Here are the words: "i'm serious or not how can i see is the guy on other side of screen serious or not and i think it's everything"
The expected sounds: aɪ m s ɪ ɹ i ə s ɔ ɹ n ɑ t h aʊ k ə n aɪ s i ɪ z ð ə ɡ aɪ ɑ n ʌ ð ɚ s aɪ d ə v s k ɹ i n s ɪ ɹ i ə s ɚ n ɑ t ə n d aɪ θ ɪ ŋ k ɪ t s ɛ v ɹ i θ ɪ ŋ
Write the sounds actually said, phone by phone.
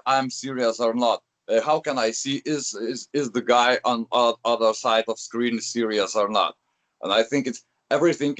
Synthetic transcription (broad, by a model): aɪ m s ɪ ɹ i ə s ɔ ɹ n ɑ t h aʊ k ə n aɪ s i ɪ z ð ə ɡ aɪ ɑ n ʌ ð ɚ s aɪ d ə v s k ɹ i n s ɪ ɹ i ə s ɚ n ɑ t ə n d aɪ θ ɪ ŋ k ɪ t s ɛ v ɹ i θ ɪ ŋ